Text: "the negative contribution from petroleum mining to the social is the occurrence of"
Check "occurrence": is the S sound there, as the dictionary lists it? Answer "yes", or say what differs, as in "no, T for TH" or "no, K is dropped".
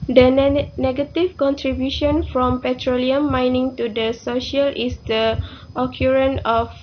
no, S is dropped